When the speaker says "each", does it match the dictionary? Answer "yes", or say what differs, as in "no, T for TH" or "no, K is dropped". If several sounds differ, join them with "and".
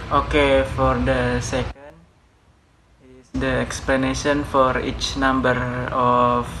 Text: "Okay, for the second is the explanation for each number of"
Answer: yes